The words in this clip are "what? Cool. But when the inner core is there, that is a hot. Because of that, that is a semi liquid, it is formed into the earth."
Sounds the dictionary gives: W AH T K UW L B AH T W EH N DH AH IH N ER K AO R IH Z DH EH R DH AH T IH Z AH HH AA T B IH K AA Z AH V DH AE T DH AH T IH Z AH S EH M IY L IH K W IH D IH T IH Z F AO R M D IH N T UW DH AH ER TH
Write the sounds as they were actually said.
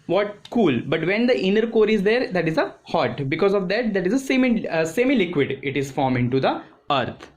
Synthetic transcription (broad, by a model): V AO T K UW L B AH T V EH N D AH IH N ER K AO R IH Z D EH R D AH T IH Z AH HH AA T B IH K AA Z AH V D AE T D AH T IH Z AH S EH M IY L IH K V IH D IH T IH Z F AO R M IH N T UW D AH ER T